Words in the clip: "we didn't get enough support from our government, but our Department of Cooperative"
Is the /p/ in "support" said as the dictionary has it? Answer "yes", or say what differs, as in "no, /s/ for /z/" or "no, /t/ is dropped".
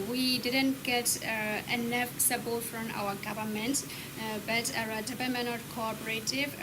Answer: no, /b/ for /p/